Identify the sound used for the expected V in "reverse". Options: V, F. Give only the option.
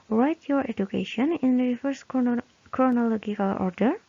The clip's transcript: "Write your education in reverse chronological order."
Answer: F